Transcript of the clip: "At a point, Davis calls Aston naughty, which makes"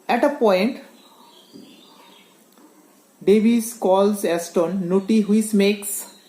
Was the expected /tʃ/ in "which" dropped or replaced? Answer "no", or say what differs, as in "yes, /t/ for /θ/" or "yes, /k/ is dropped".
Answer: yes, /s/ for /tʃ/